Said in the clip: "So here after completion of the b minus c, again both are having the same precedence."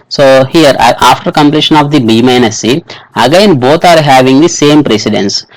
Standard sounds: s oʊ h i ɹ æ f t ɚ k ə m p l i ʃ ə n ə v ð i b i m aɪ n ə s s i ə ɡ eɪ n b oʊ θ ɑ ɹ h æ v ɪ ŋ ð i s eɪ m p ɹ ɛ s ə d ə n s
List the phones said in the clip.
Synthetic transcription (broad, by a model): s oʊ h i ɹ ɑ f t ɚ k ə m p l i ʃ ə n ə v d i b i m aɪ n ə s s i ə ɡ eɪ n b oʊ t ɑ ɹ h æ v ɪ ŋ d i s eɪ m p ɹ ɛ s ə d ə n s